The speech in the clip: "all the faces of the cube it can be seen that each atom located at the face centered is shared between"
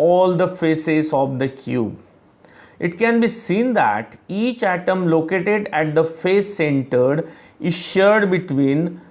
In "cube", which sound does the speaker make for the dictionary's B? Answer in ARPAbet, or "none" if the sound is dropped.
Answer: B